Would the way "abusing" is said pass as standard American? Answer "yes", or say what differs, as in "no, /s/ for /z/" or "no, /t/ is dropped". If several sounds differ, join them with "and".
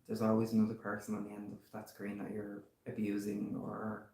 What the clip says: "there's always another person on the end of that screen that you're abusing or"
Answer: yes